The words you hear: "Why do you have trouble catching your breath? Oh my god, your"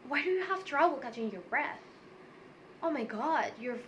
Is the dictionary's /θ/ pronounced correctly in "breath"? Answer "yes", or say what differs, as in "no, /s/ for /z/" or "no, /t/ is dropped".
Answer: yes